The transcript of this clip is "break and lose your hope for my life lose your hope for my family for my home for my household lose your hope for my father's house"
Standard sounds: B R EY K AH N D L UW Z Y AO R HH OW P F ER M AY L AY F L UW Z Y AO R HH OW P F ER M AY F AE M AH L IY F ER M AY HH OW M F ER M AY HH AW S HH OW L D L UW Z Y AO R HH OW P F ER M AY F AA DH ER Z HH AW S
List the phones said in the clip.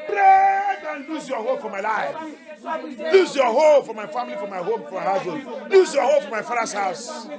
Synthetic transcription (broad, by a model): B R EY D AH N L UW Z Y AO HH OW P F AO M AY L AY F L UW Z Y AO HH OW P F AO M AY F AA M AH L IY F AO M AY HH OW M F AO M AY HH AW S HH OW D L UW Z Y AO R HH OW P F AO M AY F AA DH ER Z HH AW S